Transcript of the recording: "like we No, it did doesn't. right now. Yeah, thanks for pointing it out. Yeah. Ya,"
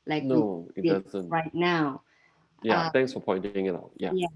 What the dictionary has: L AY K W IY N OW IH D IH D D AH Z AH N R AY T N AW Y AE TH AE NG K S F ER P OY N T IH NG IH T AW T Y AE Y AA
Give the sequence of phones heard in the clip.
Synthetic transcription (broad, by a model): L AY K N OW IH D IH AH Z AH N R AY T N AW Y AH T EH NG K S F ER P OY N T IH NG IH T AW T Y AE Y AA